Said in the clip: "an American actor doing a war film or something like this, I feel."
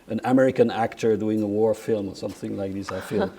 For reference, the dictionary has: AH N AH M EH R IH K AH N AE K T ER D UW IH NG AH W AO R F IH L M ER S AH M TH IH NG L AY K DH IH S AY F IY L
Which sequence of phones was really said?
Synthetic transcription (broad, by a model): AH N AH M EH R IH K AH N AE K T ER D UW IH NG AH W AO R F IH L M ER S AH M TH IH NG L AY K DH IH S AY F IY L